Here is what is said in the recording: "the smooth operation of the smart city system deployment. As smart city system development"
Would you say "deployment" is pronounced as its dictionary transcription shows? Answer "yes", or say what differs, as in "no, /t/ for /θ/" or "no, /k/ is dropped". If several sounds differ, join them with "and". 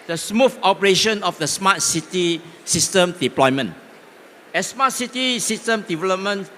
no, /t/ is dropped